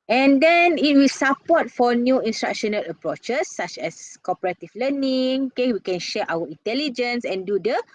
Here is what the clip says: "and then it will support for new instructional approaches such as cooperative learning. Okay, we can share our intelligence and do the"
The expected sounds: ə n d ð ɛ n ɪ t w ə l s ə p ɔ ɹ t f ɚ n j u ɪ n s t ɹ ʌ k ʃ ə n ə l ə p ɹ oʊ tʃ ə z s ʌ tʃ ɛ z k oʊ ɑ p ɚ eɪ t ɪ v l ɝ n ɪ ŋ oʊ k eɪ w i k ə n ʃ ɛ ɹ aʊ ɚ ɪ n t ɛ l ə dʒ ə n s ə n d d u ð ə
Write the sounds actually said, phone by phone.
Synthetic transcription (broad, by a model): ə n d ɛ n ɪ t w ə l s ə p ɔ t f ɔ n j u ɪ n s t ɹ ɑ k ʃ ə n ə l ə p ɹ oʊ tʃ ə s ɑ tʃ ɛ s k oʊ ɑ p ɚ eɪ t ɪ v l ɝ n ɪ ŋ oʊ k eɪ w i k ə n ʃ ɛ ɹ aʊ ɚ ɪ n t ɛ l ə dʒ ə n s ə n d d u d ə